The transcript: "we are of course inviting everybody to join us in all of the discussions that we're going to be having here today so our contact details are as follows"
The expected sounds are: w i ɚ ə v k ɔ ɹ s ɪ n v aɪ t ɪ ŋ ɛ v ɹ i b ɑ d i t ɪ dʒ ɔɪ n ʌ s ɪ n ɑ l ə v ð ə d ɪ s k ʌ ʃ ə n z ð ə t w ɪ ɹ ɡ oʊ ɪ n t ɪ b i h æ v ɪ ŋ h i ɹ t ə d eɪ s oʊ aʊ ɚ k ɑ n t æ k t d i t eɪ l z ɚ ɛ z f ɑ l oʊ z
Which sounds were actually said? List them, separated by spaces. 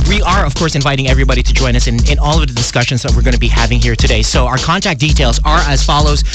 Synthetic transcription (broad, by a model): w i ɚ ə v k ɔ ɹ s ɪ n v aɪ t ɪ ŋ ɛ v ɹ i b ɑ d i t ɪ dʒ ɔɪ n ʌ s ɪ n ɑ l ə v ð ə d ɪ s k ʌ ʃ ə n z ð ə t w ɪ ɹ ɡ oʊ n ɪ b i h æ v ɪ ŋ h i ɹ t ə d eɪ s oʊ aʊ ɚ k ɑ n t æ k d i t eɪ l z ɚ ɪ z f ɑ l oʊ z